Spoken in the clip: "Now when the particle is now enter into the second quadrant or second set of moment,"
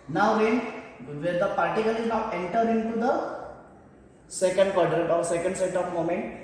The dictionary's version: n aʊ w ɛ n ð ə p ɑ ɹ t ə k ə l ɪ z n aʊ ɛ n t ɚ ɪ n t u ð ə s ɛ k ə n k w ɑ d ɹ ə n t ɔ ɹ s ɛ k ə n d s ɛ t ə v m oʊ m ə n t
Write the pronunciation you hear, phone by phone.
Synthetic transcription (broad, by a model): n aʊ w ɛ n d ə p ɑ ɹ t ə k ə l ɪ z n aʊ ɛ n t ɚ ɪ n t u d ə s ɛ k ə n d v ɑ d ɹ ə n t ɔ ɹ s ɛ k ə n d s ɛ t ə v m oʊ m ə n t